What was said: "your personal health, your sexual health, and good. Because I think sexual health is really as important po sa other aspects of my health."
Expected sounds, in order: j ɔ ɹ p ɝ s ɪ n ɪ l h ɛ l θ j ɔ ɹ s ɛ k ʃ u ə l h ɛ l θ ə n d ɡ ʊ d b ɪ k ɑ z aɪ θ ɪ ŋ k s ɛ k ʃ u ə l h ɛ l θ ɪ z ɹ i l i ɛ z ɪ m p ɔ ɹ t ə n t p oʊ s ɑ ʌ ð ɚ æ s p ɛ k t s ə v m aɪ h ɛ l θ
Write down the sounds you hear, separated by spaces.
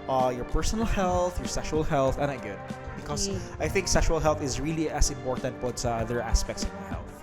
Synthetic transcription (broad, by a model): j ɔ ɹ p ɝ s ɪ n ɪ l h ɛ l θ j ɔ ɹ s ɛ k ʃ u ə l h ɛ l θ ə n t ɡ ʊ d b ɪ k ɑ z aɪ θ ɪ ŋ k s ɛ k ʃ u ə l h ɛ l θ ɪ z ɹ i l i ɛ s ɪ m p ɔ ɹ t ə n t b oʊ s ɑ ʌ ð ɚ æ s p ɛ k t s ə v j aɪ h ɛ l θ